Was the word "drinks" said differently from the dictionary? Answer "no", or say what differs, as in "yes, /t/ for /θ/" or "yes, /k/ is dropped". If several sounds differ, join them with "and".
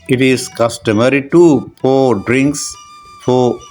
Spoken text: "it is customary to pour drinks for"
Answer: no